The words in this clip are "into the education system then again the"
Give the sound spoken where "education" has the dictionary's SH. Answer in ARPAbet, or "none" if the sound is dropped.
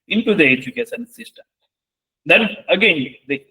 S